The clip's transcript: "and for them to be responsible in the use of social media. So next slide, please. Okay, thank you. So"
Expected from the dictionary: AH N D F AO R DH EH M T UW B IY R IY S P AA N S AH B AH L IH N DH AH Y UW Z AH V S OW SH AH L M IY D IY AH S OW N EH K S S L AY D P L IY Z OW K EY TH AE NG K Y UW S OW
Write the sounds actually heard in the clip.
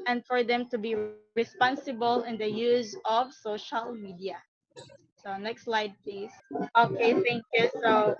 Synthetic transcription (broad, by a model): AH N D F AO R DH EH M T UW B IY R IY S P AA N S AH B AH L IH N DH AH Y UW Z AH V S OW SH AH L M IY D IY AH S OW N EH K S S L AY D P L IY S OW K EY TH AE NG K Y UW S OW